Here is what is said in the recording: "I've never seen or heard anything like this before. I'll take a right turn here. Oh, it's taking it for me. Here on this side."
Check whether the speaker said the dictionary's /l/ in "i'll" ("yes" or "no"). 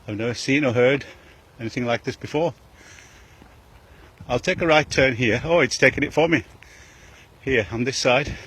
yes